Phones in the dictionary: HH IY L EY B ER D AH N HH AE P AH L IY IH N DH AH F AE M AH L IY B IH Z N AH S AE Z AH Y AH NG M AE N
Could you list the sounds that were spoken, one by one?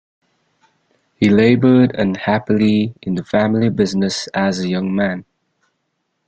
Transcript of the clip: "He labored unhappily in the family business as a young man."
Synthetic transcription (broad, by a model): HH IY L EY B ER D AH N HH AE P AH L IY IH N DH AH F AE M AH L IY B IH Z N AH S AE Z AH Y AH NG M AE N